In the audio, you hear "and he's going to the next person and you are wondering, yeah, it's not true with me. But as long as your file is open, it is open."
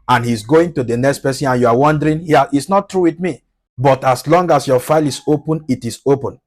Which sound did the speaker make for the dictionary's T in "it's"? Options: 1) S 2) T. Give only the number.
2